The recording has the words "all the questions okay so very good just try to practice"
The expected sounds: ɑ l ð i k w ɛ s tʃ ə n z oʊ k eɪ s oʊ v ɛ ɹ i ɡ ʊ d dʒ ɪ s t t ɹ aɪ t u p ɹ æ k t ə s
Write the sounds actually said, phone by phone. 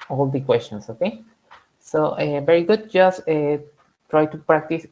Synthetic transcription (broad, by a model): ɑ l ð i k w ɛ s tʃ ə n s oʊ k eɪ s oʊ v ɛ ɹ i ɡ ʊ d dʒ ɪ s t t ɹ aɪ t u p ɹ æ k t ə s